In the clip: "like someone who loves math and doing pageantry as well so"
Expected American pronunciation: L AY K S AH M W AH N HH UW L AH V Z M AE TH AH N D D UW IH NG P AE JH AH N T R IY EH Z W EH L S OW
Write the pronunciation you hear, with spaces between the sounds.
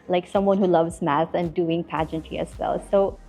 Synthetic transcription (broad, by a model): L AY K S AH M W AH N HH UW L AH V Z M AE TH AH N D D UW IH NG P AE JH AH N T IY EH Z W EH L S OW